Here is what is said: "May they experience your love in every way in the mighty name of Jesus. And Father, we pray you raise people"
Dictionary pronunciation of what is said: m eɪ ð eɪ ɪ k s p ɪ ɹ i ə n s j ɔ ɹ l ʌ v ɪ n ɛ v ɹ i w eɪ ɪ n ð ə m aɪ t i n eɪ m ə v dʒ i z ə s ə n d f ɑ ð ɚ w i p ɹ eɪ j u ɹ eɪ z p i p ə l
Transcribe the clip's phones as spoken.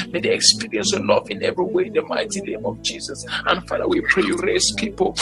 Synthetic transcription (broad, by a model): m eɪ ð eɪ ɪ k s p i ɹ i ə n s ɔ l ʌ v ɪ n ɛ v ɹ i w eɪ ɪ n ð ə m aɪ t i n eɪ m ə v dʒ i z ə s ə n f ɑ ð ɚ w i p ɹ eɪ j u ɹ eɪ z p i p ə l